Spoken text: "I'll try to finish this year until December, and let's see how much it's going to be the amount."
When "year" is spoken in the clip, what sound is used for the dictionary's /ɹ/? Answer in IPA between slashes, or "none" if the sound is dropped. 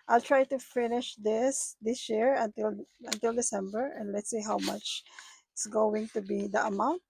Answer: /l/